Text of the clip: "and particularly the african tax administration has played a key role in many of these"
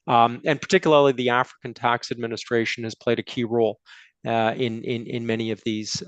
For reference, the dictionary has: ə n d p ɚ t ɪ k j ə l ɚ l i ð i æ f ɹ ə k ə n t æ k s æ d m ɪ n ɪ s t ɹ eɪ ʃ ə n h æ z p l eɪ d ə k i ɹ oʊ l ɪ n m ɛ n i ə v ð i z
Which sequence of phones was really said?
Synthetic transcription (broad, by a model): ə n p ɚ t ɪ k j l ɚ l i ð i æ f ɹ ə k ə n t æ k s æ d m ɪ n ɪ s t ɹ eɪ ʃ n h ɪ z p l eɪ d ə k i ɹ oʊ l ɪ n m ɛ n i ə v ð i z